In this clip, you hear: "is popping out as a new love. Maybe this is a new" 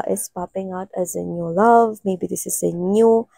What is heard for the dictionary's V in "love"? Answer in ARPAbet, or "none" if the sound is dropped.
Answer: V